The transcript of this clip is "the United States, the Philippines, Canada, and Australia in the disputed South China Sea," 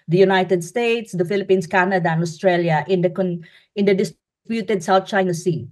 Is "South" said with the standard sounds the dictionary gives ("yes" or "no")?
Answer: no